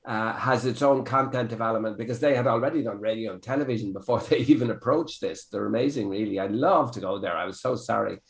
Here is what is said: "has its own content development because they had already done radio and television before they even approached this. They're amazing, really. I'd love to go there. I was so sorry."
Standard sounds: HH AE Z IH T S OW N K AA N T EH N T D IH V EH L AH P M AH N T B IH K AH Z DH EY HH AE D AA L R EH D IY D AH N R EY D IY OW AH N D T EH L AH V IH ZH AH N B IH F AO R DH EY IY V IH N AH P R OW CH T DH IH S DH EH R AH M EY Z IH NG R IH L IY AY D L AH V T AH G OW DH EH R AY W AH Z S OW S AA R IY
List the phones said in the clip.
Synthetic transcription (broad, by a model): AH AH Z IH T S OW N K AA N T EH N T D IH V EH L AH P M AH N B IH K AH Z DH EY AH D AA L R EH D IY D AH N R EY D IY OW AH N T EH L AH V IH ZH AH N B IH F AO R DH EY IY V IH N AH P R OW CH DH IH S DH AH R AH M EY Z IH NG R IH L IY AY L AH V T AH G OW DH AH R AY W AH Z S OW S AA R IY